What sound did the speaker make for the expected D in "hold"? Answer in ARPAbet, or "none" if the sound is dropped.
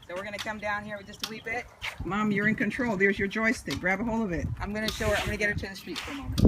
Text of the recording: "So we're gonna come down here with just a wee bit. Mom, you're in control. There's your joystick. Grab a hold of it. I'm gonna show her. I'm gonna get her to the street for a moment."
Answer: none